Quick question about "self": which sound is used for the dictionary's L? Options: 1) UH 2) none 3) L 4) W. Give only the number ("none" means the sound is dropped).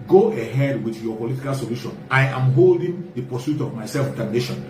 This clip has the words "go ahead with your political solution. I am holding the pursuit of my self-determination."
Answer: 3